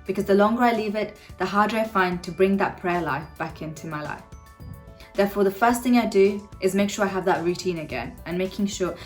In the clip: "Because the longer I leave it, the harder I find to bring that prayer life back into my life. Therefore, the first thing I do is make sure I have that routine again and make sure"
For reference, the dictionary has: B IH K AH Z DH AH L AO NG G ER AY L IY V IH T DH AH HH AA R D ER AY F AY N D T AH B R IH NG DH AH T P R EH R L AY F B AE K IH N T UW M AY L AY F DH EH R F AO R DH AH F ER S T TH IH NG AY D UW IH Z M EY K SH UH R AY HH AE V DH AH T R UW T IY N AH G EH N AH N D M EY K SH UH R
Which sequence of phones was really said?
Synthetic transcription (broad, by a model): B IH K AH Z DH AH L AO NG G ER AY L IY V IH T DH AH HH AA R D ER AY F AY N T AH B R IH NG DH AH T P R EH L AY F B AE K IH N T UW M AY L AY F DH EH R F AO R DH AH F ER S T TH IH NG AY D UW IH Z M EY K SH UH R AY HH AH V DH AH T R UW T IY N AH G EH N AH N M EY K SH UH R